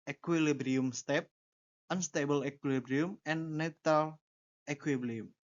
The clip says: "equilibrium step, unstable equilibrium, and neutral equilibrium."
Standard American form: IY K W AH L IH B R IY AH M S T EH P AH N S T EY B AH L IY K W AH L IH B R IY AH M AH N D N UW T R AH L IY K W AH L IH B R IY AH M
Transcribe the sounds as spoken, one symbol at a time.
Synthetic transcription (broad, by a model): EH K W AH L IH B R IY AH M S T EH P AH N S T EY B AH L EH K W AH L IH B R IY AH M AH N N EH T AH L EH K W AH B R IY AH M